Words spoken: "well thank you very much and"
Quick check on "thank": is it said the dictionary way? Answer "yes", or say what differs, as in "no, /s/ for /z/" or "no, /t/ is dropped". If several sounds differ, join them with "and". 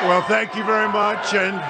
yes